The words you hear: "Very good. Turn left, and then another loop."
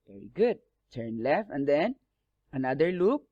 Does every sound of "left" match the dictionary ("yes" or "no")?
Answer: no